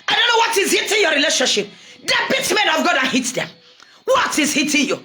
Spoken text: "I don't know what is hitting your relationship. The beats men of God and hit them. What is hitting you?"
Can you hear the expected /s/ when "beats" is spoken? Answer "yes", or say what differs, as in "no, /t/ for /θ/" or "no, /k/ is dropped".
no, /s/ is dropped